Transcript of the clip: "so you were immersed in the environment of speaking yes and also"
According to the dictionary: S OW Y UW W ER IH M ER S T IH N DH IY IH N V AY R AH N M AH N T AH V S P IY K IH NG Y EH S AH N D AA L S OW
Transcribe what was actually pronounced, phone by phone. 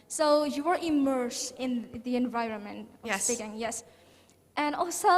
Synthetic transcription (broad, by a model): S OW Y UW W ER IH M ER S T IH N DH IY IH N V AY R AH N M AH N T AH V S IY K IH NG Y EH S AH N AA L S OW